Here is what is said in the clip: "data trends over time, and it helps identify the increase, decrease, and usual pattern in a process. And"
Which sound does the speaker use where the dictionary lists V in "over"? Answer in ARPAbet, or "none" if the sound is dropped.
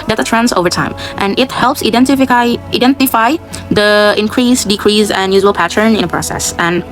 V